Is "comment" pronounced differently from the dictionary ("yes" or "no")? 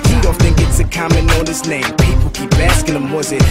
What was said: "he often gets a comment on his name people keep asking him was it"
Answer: yes